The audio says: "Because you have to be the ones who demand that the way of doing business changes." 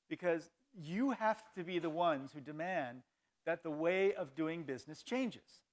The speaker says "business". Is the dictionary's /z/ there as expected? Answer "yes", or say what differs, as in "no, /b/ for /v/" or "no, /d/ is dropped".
yes